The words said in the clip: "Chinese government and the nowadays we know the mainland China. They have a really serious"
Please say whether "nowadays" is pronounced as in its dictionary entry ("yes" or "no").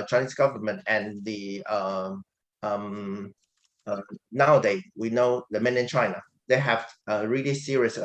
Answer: no